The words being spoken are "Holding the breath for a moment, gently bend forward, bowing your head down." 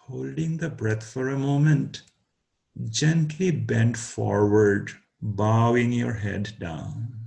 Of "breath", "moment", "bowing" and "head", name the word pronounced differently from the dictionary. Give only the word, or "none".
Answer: breath